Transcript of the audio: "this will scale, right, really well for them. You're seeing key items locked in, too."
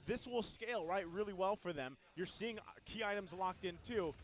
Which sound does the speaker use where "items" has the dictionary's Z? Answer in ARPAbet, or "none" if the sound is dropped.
Z